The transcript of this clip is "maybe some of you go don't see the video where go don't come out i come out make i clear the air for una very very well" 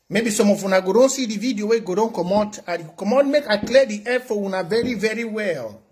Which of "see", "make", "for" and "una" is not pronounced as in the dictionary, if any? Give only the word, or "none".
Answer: for